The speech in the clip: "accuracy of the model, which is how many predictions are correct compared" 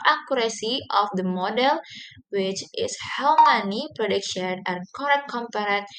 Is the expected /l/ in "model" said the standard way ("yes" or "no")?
yes